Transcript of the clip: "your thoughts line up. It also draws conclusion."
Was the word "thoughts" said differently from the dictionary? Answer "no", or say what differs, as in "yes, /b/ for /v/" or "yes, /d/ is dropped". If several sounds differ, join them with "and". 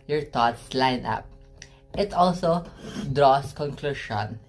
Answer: yes, /t/ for /θ/